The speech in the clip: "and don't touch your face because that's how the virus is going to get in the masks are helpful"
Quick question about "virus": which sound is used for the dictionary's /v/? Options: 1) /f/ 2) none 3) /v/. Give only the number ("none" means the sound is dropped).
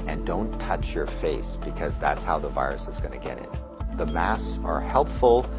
3